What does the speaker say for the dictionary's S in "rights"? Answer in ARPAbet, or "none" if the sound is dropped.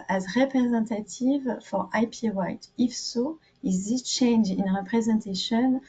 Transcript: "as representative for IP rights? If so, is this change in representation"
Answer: none